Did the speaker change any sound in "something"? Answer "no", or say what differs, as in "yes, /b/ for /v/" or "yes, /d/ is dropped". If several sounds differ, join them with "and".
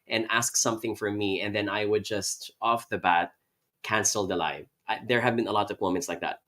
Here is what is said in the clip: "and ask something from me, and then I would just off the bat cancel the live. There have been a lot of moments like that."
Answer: no